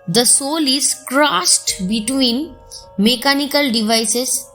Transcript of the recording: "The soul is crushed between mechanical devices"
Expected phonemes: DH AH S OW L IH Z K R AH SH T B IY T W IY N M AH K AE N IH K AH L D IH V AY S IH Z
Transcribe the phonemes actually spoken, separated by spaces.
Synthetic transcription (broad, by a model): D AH S OW L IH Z K R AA S T B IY T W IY N M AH K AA N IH K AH L D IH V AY S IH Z